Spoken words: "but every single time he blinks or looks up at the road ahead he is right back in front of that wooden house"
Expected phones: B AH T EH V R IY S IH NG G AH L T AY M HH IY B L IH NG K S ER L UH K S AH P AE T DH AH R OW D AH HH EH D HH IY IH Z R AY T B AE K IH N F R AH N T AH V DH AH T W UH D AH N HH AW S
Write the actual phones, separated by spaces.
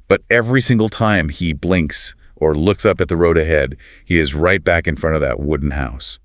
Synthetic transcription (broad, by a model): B AH T EH V R IY S IH NG G L T AY M IY B L IH NG K S ER L UH K S AH P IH T DH AH R OW D AH HH EH D HH IY IH Z R AY T B AE K IH N F R AH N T AH V DH AH T W UH D N HH AW S